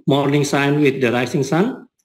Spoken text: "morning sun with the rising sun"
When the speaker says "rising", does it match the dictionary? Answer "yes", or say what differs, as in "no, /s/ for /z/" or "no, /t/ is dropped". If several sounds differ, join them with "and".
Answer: no, /s/ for /z/